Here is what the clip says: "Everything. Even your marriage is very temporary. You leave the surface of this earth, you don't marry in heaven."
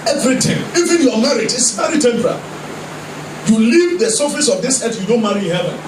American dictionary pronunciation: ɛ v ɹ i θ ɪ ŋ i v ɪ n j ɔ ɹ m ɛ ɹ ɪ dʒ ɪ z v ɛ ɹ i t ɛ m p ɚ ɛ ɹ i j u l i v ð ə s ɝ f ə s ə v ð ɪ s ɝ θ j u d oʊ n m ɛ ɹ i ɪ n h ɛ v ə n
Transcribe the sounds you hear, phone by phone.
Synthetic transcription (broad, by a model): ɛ v ɹ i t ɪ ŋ i v ɪ n j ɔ m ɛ ɹ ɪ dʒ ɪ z v ɛ ɹ i t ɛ m p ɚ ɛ ɹ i j u l i v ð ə s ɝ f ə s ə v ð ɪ s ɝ t j u d oʊ n m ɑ ɹ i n h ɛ v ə n